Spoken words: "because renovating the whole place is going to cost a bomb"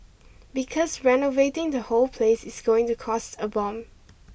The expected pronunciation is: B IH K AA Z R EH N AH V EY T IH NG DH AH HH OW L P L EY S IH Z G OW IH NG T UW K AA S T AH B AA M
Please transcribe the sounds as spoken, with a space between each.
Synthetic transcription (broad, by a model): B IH K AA S R EH N AH V EY T IH NG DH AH HH OW L P L EY S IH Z G OW IH NG T UW K AA S T AH B AA M